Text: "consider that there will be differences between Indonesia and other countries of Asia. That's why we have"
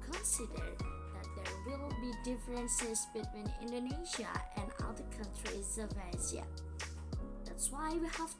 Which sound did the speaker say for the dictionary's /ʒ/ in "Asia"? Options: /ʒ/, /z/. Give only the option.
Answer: /z/